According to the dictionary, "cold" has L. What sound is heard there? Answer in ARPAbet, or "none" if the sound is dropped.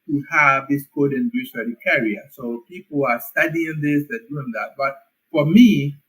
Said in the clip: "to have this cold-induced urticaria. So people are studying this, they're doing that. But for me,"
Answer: none